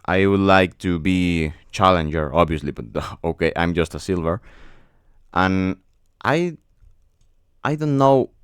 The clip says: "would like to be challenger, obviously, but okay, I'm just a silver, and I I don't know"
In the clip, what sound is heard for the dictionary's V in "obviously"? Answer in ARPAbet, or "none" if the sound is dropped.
V